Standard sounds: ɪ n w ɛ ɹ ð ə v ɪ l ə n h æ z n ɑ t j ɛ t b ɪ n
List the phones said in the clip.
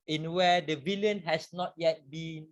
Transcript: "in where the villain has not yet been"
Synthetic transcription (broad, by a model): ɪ n w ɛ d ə v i l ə n h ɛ s n ɑ t j ɛ t b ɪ n